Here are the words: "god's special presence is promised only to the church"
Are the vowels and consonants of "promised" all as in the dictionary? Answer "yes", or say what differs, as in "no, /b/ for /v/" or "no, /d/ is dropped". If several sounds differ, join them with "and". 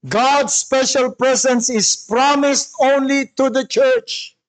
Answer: yes